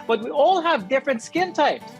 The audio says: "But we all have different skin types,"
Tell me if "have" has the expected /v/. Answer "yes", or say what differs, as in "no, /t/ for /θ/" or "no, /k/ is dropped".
yes